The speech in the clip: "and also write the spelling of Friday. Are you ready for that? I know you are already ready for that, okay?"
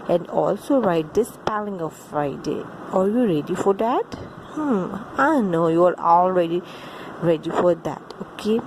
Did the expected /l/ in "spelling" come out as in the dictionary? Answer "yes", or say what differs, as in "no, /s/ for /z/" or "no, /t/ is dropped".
yes